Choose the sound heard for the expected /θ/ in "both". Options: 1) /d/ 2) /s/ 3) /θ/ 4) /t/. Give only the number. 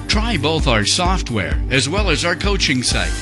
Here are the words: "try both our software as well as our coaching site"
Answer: 3